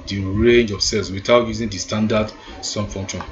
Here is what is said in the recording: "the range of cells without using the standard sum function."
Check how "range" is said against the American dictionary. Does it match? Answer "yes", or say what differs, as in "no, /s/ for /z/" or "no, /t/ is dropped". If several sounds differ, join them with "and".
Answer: yes